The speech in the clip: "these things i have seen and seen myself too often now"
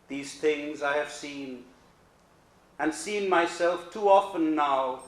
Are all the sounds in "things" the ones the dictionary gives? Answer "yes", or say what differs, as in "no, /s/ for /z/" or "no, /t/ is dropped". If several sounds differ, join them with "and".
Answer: yes